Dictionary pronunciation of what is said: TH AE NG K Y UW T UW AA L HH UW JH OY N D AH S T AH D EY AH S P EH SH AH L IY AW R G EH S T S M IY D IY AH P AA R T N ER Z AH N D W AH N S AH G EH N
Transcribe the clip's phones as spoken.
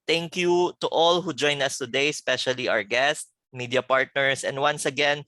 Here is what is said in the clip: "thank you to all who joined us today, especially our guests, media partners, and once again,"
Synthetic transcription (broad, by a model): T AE NG K Y UW T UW AA L HH UW JH OY N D AH S T AH D EY S P EH SH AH L IY AW R G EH S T M IY D IY AH P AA R T N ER S AH N D W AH N S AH G EH N